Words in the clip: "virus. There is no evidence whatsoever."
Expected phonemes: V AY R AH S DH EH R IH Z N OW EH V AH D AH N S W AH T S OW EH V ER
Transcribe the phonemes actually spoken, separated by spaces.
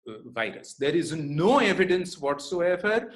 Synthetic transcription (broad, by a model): V AY R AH S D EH R IH Z N OW EH V AH D AH N S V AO T S OW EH V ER